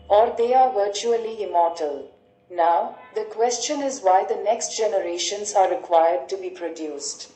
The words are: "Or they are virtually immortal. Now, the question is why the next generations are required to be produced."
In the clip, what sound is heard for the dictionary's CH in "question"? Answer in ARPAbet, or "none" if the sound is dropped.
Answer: CH